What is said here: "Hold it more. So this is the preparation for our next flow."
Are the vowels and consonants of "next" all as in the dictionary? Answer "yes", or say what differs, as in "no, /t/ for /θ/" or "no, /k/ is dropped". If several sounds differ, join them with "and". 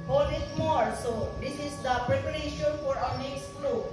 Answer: no, /k/ is dropped